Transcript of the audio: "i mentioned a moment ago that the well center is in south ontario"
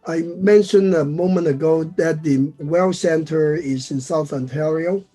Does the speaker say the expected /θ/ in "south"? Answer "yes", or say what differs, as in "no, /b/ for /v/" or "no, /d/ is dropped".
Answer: yes